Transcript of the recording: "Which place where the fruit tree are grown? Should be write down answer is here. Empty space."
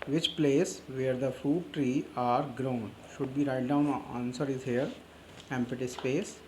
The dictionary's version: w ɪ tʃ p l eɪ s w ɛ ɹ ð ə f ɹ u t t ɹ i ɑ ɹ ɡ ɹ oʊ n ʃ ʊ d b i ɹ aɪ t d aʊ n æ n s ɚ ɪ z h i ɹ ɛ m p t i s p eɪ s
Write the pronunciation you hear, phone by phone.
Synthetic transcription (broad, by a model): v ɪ tʃ p l eɪ s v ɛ ɹ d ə f u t t ɹ i ɑ ɹ ɡ ɹ oʊ n ʃ ʊ d b i ɹ aɪ t d aʊ n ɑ n s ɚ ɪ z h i ɹ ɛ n p t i s p eɪ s